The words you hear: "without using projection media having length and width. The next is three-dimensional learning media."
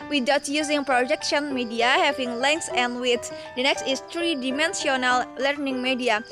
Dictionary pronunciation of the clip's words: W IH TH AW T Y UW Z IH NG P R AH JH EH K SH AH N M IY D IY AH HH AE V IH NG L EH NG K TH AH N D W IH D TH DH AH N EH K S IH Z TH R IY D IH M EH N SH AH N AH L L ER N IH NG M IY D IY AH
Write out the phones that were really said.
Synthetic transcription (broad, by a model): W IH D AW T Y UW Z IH NG P R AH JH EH K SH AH N M IY D IY AH HH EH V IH NG L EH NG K S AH N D W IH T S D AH N EH K S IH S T R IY D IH M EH N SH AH N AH L L ER N IH NG M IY D IY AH